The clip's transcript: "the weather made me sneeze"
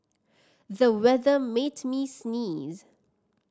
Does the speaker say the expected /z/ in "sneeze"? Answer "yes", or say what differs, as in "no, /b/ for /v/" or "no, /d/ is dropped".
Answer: yes